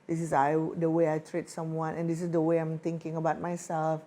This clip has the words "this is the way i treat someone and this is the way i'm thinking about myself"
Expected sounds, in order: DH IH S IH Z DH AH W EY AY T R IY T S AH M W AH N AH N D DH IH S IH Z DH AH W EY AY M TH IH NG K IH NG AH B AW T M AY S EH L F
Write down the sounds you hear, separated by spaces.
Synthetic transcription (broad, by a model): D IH S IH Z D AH W EY AY T R IY T S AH M W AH N AH N D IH S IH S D AH W EY AY M T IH NG K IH NG AH B AW T M AY S EH L F